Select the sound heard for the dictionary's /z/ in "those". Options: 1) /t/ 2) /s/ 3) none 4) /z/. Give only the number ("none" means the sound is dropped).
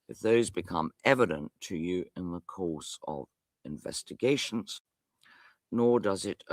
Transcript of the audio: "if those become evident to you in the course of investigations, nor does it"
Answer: 4